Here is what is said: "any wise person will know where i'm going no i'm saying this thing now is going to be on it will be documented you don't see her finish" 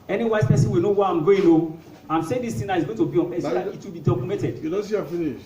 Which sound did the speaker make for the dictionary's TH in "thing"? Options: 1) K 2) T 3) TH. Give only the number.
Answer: 2